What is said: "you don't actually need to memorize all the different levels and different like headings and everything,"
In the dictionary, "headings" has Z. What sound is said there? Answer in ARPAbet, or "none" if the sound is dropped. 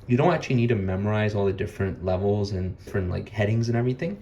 Z